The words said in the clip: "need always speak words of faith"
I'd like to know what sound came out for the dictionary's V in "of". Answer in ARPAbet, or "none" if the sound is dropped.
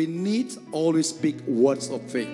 F